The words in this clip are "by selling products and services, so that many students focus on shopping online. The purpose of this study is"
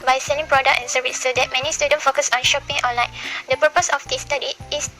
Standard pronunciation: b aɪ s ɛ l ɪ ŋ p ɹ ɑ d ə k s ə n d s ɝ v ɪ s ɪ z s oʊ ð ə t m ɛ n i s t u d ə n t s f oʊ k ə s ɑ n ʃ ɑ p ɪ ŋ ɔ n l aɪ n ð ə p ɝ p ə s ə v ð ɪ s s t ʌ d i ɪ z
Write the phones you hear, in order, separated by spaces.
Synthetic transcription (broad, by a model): b aɪ s ɛ l ɪ ŋ p ɹ ɑ d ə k ə n s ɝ v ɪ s s oʊ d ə t m ɛ n i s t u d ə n f oʊ k ə s ɑ n ʃ ɑ p ɪ ŋ ɔ n l aɪ n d ə p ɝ p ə s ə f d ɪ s s t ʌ d i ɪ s